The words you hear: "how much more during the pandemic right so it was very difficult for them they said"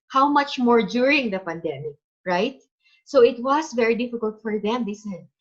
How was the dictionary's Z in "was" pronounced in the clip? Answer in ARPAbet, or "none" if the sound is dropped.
S